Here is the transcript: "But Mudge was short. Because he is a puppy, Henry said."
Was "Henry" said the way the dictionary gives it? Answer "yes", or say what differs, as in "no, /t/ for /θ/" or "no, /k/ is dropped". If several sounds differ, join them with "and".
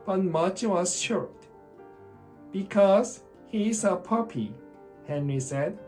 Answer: yes